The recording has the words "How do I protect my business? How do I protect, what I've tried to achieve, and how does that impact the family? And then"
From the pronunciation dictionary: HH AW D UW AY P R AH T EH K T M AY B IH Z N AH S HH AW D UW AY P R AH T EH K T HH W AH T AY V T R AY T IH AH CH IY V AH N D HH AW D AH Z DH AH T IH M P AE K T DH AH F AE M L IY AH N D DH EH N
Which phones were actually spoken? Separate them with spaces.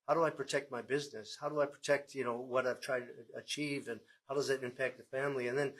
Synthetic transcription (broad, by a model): HH AW D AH AY P R AH T EH K T M AY B IH Z N AH S HH AW D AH AY P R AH T EH K T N W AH T AY V T R AY T IH AH CH IY V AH N HH AW D AH Z DH AH T IH M P AE K T DH AH F AE M L IY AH N DH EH N